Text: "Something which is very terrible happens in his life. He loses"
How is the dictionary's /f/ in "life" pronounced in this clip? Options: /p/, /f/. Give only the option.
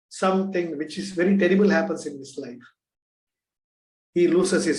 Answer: /f/